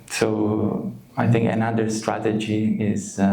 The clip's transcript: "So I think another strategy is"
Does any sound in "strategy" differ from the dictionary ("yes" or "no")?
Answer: no